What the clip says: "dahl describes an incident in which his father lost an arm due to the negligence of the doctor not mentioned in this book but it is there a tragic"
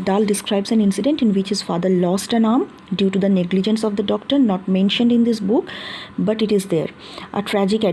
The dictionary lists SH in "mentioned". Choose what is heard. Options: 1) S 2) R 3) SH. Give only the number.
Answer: 3